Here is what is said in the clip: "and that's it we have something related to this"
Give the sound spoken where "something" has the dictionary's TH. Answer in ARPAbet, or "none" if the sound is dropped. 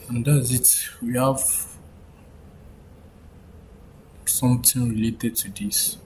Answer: T